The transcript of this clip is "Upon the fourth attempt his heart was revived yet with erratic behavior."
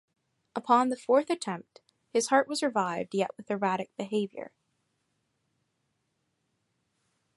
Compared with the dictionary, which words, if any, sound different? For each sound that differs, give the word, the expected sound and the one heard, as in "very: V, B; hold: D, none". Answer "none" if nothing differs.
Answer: none